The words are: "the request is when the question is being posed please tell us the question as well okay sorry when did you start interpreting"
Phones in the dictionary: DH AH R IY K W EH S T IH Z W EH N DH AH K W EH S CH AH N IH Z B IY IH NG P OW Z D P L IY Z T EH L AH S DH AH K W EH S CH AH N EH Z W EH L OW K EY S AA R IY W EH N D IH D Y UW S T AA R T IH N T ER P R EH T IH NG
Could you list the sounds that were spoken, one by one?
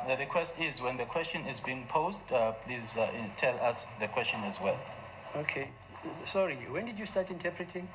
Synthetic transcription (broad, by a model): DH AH R IY K W EH S T IH Z W EH N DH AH K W EH S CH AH N IH Z B IY IH NG P OW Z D P L IY Z T EH L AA S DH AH K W EH S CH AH N EH Z W EH L OW K EY S AA R IY W EH N D IH D Y UW S T AA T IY N T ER P R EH T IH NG